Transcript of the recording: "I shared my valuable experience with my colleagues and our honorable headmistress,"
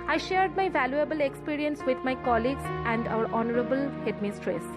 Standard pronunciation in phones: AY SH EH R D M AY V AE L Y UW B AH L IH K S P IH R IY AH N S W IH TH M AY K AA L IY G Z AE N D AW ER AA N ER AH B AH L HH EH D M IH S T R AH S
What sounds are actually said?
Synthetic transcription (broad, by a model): AY SH EH R D M AY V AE L Y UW B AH L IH K S P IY R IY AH N S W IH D M AY K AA L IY G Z AE N D AW ER AA N ER AH B AH L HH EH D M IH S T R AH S